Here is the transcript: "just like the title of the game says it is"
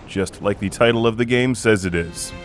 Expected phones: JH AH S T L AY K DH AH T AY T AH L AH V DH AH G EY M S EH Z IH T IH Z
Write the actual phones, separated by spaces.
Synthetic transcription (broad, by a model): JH AH S T L AY K DH AH T AY T L AH V DH AH G EY M S EH Z IH T IH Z